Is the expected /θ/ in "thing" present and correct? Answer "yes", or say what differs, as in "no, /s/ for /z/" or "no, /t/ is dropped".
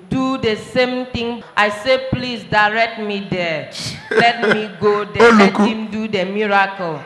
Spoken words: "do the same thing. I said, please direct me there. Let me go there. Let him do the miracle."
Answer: no, /t/ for /θ/